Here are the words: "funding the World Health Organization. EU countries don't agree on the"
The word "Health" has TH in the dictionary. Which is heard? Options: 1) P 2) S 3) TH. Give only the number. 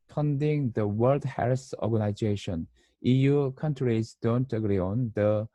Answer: 2